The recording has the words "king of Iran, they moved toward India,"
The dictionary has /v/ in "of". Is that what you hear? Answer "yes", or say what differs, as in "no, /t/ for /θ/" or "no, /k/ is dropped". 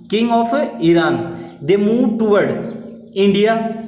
no, /p/ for /v/